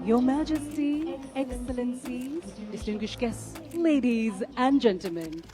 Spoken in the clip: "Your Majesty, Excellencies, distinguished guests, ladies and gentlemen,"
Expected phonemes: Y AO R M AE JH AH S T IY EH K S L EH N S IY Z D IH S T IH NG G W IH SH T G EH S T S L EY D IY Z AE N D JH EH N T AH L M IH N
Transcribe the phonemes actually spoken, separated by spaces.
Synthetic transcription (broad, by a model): Y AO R M AE JH AH S T IY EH K S L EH N S IY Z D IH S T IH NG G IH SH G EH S S L EY D IY Z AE N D JH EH N T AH L M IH N